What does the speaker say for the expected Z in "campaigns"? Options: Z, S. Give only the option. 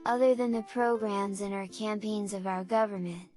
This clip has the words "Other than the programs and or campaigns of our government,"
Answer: Z